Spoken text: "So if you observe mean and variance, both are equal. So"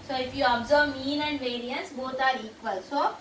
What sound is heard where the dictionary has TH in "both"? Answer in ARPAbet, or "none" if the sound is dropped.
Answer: T